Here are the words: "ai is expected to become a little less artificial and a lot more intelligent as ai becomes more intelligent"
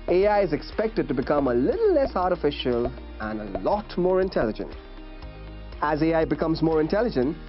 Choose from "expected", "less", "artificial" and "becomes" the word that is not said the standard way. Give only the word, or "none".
none